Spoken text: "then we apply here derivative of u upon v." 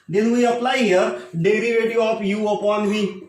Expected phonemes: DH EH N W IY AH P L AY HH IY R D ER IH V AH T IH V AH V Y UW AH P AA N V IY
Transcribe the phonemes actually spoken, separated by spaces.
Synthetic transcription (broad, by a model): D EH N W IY AH P L AY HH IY R D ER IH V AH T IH AH P Y UW AH P AA N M IY